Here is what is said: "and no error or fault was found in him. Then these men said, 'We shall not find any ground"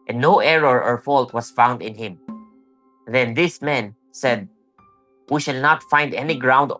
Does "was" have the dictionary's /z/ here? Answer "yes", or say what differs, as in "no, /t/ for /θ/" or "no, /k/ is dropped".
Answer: no, /s/ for /z/